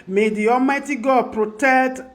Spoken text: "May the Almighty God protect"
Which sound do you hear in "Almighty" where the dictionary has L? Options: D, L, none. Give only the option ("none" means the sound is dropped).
none